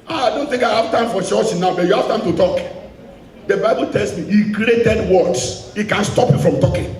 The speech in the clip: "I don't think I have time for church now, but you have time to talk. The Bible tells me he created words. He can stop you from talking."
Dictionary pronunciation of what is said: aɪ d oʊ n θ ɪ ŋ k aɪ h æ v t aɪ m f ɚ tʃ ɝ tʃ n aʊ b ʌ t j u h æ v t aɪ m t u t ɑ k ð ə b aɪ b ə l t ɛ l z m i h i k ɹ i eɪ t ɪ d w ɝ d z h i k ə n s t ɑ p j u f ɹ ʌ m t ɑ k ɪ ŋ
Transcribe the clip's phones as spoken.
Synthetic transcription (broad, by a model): aɪ d oʊ n t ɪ ŋ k aɪ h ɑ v t aɪ m f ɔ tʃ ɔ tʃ n aʊ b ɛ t j u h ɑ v t aɪ m t u t ɑ k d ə b aɪ b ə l t ɛ l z m i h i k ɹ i eɪ t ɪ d w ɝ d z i k ə n s t ɑ p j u f ɹ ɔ m t ɑ k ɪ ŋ